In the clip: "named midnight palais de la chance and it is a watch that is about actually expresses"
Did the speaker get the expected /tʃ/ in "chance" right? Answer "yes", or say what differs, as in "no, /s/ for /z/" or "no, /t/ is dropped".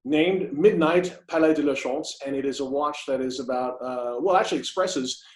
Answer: no, /ʃ/ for /tʃ/